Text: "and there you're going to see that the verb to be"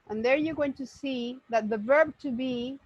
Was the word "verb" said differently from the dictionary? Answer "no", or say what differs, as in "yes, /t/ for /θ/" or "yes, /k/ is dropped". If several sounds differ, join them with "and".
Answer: no